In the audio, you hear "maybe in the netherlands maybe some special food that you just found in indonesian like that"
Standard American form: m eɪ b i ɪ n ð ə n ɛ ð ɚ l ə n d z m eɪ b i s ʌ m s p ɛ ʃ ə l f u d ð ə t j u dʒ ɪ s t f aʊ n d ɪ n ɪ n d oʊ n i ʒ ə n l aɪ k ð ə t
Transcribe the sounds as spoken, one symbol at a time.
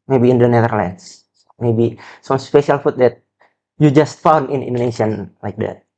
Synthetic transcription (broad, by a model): m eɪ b i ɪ n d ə n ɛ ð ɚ l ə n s m eɪ b i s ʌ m s p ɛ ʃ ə l f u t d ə t j u dʒ ɪ s t f aʊ n d ɪ n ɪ n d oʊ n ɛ ʃ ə n l aɪ k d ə t